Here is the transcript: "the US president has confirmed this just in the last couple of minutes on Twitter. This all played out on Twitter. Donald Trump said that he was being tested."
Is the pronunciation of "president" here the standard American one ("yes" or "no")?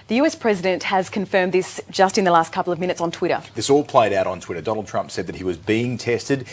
yes